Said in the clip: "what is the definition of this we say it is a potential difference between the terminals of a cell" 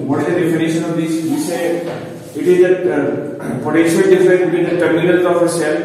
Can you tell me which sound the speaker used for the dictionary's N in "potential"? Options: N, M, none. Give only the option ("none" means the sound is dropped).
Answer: none